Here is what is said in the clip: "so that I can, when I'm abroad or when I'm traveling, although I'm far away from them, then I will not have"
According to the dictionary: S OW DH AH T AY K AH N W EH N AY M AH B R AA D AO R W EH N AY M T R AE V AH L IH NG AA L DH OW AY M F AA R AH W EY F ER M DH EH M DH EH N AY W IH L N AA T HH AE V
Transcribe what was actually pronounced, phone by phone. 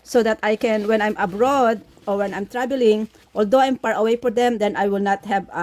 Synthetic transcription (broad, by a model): S OW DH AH T AY K AH N W EH N AY M AH B R AA D AO R W EH N AY M T R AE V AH L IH NG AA L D OW AY M P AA R AH W EY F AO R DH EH M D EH N AY W IH L N AA T HH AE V